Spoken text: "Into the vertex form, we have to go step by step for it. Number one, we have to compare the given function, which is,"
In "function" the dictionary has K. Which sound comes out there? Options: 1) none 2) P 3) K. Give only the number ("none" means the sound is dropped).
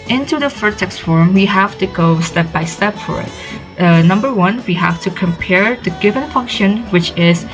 3